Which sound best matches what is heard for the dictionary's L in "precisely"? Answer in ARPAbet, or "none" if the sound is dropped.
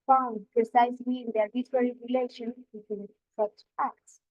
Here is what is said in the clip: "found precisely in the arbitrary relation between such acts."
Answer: none